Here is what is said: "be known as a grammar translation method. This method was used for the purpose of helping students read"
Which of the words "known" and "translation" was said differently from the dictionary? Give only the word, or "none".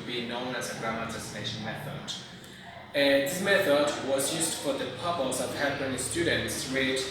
translation